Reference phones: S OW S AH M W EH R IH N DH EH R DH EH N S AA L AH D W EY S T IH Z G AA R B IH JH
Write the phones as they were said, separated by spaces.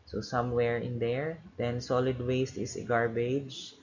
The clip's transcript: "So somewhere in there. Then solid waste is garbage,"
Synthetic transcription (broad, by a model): S OW S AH M W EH R IH N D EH R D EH N S AA L AH D W EY S T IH S G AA R B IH JH